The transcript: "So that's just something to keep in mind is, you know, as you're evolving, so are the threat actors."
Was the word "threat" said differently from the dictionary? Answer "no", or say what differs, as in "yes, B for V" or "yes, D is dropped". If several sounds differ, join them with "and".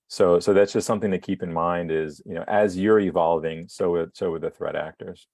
no